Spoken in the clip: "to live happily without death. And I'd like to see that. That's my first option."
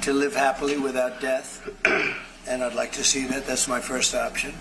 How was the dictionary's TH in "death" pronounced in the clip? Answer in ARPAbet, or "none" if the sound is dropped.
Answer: TH